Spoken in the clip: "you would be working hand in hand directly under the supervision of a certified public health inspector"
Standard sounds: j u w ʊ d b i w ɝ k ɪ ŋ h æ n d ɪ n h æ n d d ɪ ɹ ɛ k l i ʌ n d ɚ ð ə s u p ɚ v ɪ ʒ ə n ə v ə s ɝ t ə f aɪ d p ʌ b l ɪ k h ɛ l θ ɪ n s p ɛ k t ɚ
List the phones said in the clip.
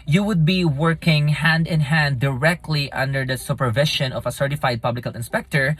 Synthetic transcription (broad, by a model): j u w ʊ d b i w ɝ k ɪ ŋ h æ n d ɪ n h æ n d d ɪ ɹ ɛ k l i ʌ n d ɚ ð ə s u p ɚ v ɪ ʃ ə n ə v ə s ɝ t ə f aɪ d p ʌ b l ɪ k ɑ l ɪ n s p ɛ k t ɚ